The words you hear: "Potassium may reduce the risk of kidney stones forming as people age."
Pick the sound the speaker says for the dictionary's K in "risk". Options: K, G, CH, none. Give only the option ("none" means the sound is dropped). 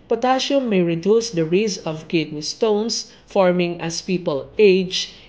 none